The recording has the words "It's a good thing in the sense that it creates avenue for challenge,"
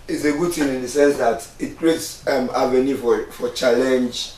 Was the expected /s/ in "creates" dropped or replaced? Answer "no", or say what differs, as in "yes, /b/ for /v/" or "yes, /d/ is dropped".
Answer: no